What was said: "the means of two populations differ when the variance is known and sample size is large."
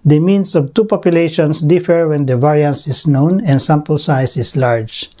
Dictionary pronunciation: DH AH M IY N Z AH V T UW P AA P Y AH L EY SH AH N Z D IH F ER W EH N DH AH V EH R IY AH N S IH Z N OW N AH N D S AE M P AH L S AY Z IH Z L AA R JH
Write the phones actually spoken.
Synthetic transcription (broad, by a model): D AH M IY N S AH V T UW P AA P Y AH L EY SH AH N S D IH F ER W EH N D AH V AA R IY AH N S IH S N OW N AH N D S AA M P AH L S AY S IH S L AA R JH